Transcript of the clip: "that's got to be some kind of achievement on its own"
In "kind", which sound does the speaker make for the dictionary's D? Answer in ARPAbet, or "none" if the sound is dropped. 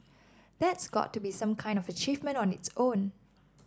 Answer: D